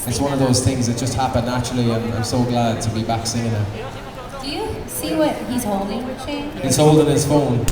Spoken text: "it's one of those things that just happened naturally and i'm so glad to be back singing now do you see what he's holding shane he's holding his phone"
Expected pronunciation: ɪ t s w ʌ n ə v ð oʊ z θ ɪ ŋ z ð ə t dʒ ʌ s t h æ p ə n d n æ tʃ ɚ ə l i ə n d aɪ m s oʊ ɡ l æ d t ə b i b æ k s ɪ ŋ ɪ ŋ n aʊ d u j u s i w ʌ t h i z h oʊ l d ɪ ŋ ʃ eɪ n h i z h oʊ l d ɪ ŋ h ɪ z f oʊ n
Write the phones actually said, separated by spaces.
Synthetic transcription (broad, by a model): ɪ t s w ʌ n ə v ð oʊ z θ ɪ ŋ z ð ə t dʒ ʌ s t h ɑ p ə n n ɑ tʃ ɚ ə l i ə n aɪ m s oʊ ɡ l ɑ d t ə b i b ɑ k s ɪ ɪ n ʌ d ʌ j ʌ s i w ʌ t h i z h oʊ l d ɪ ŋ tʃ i h i z h oʊ l d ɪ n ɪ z f oʊ n